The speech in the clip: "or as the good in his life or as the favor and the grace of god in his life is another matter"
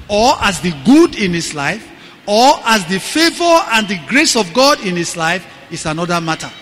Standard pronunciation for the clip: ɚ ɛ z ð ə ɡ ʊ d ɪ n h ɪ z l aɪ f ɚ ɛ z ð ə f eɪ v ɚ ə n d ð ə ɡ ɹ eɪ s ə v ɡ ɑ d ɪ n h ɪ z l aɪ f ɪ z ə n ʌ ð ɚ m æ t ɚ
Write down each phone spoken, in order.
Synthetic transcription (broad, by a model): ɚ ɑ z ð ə ɡ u d ɪ n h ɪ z l aɪ f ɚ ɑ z ð ə f eɪ v ɚ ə n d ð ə ɡ ɹ eɪ s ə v ɡ ɑ d ɪ n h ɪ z l aɪ f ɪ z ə n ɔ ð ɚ m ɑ t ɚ